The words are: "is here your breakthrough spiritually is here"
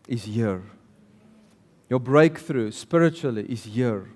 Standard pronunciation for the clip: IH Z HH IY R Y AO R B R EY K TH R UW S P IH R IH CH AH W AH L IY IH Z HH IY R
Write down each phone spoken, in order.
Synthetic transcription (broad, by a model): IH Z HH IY R Y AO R B R EY K TH R UW S P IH R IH CH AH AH L IY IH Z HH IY R